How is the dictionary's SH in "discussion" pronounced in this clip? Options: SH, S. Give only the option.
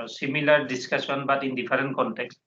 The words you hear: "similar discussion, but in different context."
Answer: S